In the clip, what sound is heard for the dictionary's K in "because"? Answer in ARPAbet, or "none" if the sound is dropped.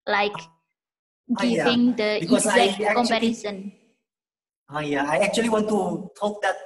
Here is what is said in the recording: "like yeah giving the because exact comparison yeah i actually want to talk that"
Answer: none